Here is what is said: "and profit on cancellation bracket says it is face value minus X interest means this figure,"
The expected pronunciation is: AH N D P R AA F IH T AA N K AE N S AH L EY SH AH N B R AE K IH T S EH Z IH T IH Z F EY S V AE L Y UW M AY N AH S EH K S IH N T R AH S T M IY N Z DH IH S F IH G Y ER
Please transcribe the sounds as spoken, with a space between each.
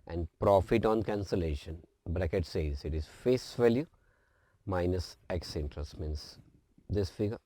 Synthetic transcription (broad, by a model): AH N D P R AA F IH T AA N K AE N S AH L EY SH AH N B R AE K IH T S EH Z IH T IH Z F EY S V AE L Y UW M AY N AH S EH K S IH N T R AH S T M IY N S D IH S F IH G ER